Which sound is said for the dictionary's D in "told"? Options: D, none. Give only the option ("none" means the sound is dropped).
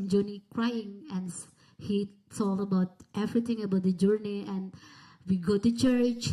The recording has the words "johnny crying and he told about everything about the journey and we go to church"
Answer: none